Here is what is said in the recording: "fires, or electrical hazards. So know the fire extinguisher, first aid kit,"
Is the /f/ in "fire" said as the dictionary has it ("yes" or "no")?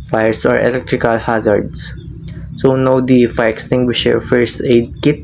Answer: yes